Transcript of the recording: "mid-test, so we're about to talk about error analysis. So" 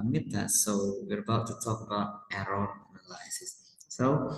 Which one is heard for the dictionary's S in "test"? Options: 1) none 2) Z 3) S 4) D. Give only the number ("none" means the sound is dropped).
1